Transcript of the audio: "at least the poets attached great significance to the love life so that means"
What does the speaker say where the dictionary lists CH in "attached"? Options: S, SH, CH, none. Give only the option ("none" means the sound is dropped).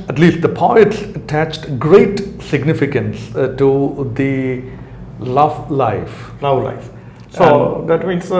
CH